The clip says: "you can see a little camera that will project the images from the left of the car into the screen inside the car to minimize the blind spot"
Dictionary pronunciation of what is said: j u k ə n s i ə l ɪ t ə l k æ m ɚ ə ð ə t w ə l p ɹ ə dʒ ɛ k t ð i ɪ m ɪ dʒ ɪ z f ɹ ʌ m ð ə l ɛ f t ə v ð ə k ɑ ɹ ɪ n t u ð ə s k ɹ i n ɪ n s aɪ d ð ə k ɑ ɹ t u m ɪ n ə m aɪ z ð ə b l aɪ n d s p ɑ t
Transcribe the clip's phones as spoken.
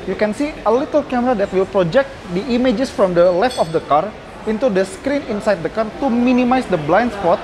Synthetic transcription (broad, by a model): j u k ə n s i ə l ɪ t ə l k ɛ m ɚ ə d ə t w ə l p ɹ ə dʒ ɛ k t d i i m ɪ dʒ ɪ s f ɹ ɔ m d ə l ɛ f t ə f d ə k ɑ ɹ ɪ n t u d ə s k ɹ i n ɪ n s aɪ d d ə k ɑ ɹ t u m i n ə m aɪ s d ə b l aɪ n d s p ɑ t